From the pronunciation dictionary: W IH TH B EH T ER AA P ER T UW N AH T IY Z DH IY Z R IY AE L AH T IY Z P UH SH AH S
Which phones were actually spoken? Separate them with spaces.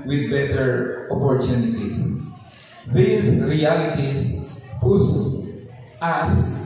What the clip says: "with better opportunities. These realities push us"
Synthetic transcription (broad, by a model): W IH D B EH T ER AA P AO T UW N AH T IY S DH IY S R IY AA L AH T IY S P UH S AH S